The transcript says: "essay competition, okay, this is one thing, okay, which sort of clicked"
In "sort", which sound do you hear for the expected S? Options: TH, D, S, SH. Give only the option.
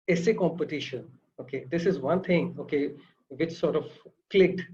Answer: S